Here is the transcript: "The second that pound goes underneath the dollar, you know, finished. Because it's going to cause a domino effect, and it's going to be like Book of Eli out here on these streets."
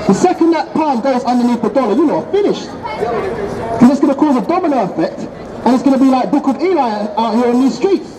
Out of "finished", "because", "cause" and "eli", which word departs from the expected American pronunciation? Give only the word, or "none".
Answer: because